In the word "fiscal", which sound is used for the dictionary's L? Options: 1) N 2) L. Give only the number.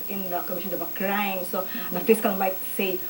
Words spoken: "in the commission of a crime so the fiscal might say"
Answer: 1